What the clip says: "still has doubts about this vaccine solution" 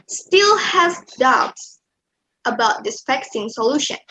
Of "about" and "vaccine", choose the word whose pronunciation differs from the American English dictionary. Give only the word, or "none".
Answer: vaccine